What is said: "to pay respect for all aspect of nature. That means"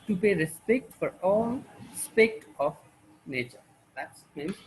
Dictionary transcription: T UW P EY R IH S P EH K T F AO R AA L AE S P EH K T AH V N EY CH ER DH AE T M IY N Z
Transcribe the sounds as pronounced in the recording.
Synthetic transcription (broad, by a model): T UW P EY R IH S P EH K T F AO R AA L S P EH K T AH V N EY CH ER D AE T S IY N